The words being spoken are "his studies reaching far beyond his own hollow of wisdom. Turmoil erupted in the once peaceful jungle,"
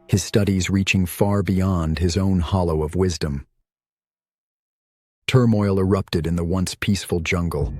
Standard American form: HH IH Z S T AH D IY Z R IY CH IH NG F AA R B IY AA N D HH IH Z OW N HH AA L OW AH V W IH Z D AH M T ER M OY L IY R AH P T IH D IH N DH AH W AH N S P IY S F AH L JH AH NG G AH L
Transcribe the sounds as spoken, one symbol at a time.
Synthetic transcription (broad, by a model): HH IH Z S T AH D IY Z R IY CH IH NG F AA R B IY AA N D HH IH Z OW N HH AA L OW AH V W IH Z D AH M T ER M OY L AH R AH P T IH D IH N DH AH W AH N S P IY S F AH L JH AH NG G L